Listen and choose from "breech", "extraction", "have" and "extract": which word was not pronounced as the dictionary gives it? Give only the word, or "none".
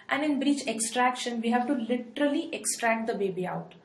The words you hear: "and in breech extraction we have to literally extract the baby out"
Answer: none